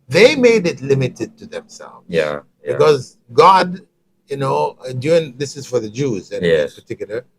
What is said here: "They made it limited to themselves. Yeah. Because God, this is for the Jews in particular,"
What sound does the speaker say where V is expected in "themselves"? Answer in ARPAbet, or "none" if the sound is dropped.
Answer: V